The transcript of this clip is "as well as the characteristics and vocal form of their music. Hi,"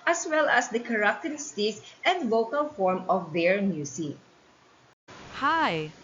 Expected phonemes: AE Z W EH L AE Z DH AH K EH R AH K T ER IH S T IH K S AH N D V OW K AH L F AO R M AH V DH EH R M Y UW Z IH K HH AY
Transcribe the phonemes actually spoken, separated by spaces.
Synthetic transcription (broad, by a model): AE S W EH L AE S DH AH K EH R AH K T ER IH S T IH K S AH N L OW K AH L F AO R M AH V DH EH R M Y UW S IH HH AY